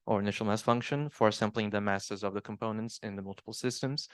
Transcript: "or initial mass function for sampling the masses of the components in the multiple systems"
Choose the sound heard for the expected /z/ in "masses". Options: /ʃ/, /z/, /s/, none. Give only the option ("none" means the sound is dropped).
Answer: /z/